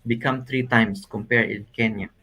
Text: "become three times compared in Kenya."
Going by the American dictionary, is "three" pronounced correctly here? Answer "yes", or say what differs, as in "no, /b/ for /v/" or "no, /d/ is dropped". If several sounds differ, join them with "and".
no, /t/ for /θ/